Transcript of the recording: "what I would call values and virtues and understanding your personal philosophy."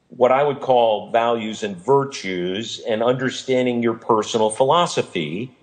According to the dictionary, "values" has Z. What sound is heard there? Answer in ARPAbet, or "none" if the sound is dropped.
Z